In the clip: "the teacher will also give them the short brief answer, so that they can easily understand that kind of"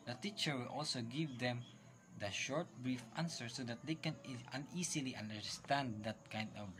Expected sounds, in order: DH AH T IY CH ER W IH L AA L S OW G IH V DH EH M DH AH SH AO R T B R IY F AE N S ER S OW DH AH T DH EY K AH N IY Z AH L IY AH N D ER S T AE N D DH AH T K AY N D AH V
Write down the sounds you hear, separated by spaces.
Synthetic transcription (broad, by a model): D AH T IY CH ER W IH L AA L S OW G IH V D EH M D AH SH AO R T B R IY F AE N S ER S OW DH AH T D EY K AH N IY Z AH L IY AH N D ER S T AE N D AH T K AY N D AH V